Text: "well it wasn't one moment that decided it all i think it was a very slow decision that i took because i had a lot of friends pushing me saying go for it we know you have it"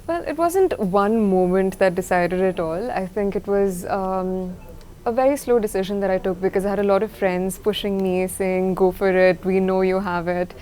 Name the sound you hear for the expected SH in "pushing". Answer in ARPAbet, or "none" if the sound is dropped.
SH